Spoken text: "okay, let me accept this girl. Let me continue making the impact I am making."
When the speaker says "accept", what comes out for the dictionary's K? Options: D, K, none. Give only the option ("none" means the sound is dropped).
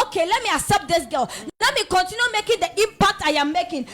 none